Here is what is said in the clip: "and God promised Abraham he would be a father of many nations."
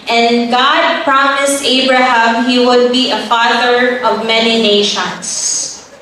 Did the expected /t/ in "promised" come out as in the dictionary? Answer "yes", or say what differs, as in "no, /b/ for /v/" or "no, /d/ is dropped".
yes